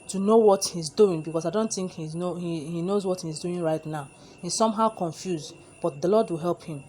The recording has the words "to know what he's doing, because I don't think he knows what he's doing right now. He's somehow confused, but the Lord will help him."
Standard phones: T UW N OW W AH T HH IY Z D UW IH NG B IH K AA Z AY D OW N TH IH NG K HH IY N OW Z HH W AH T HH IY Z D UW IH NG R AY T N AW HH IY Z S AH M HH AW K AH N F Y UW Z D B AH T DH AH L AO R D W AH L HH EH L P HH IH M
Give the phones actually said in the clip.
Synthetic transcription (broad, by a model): T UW N OW W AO T HH IY Z D UW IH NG B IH K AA S AY D OW N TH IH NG K HH IY N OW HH HH W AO T HH IY Z D UW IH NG R AY T N AW HH IY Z S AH M HH AW K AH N F Y UW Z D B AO T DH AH L AO D W AH L HH EH L P HH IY M